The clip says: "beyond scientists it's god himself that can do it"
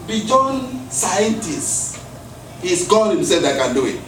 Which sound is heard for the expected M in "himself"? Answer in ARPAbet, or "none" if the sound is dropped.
none